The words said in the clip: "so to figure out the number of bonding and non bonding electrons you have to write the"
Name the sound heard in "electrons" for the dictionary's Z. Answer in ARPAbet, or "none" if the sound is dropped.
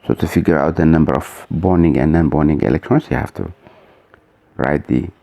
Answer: S